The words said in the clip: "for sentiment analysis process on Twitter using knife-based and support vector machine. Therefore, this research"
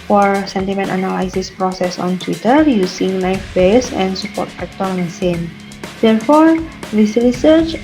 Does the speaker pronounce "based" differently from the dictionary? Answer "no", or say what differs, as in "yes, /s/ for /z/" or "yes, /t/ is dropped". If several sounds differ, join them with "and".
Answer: yes, /t/ is dropped